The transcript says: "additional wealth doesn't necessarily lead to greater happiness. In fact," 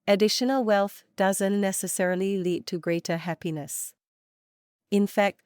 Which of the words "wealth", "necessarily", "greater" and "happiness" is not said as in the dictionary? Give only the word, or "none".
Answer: none